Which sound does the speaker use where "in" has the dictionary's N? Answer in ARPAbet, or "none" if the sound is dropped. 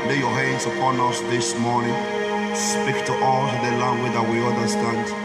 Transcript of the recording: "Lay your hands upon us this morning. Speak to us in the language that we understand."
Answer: L